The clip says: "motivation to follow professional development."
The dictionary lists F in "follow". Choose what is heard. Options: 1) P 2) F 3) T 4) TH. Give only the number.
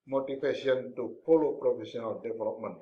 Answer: 1